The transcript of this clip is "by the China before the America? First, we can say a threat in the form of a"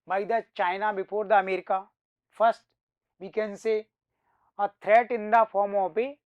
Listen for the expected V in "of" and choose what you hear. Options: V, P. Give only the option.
P